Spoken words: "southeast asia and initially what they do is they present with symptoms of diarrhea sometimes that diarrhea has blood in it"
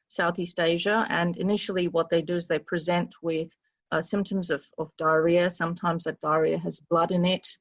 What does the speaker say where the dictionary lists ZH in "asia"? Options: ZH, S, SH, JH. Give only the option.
ZH